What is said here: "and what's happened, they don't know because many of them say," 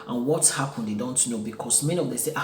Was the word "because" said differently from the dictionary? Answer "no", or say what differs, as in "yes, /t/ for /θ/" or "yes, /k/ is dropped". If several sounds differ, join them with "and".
yes, /s/ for /z/